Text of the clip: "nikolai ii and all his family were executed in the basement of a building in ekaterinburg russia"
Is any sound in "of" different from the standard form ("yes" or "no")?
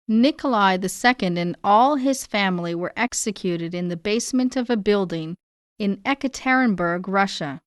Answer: no